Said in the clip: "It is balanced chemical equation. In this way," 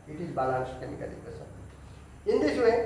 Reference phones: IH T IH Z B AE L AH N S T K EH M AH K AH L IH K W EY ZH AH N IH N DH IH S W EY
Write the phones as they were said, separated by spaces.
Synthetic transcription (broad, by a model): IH T IH Z B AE L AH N S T K EH M AH K AH L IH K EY S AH IH N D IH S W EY